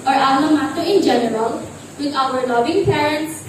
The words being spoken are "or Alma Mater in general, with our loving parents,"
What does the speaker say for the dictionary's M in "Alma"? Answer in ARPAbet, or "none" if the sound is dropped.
none